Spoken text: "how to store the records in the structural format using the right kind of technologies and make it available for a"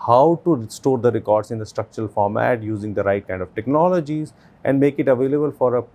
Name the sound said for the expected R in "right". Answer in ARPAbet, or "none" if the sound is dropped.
R